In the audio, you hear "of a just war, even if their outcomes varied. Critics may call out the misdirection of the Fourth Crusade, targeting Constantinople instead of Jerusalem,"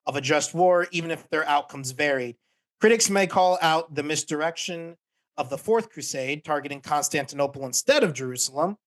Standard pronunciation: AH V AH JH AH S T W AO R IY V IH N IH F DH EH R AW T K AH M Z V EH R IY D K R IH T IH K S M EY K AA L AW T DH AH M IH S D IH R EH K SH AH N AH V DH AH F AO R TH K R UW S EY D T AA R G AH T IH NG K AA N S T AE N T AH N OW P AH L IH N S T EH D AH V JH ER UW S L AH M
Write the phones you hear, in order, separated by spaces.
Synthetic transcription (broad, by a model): AH V AH JH AH S T W AO R IY V IH N IH F DH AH R AW T K AH M Z V EH R IY D K R IH T IH K S M EY K AA L AW T DH AH M IH S D IH R EH K SH AH N AH V DH AH F AO R TH K R UW S EY D T AA R G AH T IH NG K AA N S T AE N T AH N OW P L IH N S T EH D AH V JH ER UW S L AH M